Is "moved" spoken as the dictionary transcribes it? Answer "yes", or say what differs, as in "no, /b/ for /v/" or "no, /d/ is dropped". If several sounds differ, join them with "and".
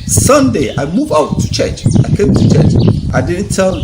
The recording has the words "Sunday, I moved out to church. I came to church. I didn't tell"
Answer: no, /d/ is dropped